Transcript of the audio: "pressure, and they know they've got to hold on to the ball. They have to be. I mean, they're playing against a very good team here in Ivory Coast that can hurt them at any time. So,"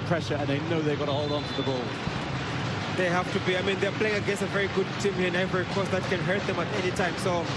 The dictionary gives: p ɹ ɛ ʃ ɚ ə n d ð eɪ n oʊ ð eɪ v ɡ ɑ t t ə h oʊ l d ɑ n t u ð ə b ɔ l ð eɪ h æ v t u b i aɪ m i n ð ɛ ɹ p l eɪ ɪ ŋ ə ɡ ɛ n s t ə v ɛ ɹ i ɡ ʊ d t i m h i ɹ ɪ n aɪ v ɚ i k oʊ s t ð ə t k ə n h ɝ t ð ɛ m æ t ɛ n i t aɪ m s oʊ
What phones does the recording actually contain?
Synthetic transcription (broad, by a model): p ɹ ɛ ʃ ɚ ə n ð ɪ n oʊ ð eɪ ɡ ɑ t t ə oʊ l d ɑ n t u ð ə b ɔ l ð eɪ h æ f t u b i aɪ m i n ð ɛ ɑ p l eɪ ɪ ŋ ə ɡ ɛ s ə v ɛ ɹ i ɡ ʊ d t i m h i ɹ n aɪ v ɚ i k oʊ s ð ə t k ə n h ɝ t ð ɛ m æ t ɛ n i t aɪ m s oʊ